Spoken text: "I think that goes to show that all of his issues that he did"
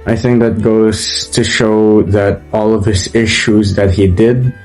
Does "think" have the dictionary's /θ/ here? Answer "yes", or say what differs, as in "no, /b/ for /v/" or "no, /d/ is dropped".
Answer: yes